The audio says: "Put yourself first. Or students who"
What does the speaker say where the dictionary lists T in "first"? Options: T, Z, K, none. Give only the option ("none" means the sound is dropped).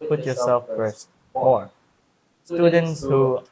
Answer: none